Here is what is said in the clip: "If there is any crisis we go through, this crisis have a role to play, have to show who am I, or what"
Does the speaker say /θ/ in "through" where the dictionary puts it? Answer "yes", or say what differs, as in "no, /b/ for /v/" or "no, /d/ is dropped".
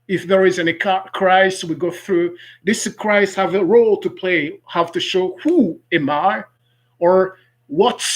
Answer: yes